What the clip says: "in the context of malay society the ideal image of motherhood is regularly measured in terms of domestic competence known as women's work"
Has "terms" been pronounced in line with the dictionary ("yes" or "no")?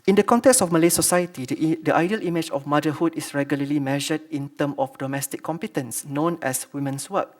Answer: no